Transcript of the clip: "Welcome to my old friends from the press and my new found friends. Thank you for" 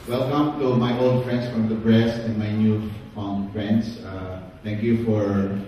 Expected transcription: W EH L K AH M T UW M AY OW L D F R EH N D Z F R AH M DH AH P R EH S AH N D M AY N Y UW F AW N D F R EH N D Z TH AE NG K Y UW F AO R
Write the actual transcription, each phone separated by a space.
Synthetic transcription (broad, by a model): W EH L K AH M T UW M AY OW L D F R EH N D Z F R AH M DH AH B R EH S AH N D M AY N Y UW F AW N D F R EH N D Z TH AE NG K Y UW F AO R